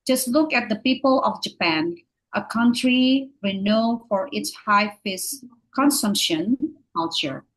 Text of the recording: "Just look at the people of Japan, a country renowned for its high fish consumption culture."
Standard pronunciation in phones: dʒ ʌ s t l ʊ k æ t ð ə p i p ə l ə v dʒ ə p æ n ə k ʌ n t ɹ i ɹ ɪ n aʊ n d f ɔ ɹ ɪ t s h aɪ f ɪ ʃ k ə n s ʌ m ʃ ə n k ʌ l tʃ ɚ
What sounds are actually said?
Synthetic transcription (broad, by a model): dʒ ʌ s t l ʊ k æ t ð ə p i p ə l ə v dʒ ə p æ n ə k ʌ n t ɹ i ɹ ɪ n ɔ f ɔ ɹ ɪ t s h aɪ f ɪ s k ə n s ʌ m ʃ ə n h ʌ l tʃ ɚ